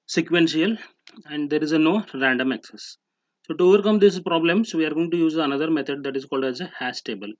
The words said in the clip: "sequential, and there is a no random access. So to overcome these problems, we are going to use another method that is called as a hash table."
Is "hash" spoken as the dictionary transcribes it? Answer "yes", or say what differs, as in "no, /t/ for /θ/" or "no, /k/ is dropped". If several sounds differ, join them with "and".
no, /s/ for /ʃ/